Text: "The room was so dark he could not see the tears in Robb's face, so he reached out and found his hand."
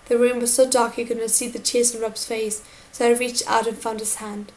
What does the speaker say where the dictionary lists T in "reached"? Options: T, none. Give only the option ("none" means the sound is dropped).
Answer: none